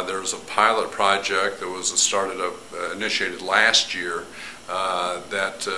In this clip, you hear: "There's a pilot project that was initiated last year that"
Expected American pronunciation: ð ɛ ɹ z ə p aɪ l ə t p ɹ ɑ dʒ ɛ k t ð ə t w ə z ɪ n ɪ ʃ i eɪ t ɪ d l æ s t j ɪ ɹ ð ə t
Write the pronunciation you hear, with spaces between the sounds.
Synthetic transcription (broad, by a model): ð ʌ ɹ z ə p aɪ l ə t p ɹ ɑ dʒ ɛ k t ð ə t w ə z ɪ n ɪ ʃ i eɪ t ɪ d l æ s t j ɪ ɹ ð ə t